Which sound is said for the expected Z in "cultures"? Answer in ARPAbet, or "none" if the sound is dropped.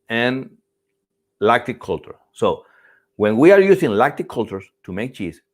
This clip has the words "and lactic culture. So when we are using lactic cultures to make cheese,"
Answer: S